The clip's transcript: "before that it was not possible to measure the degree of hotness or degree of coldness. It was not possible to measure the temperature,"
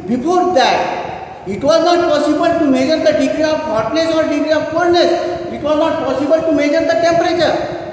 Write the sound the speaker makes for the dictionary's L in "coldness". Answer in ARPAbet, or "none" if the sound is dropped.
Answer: none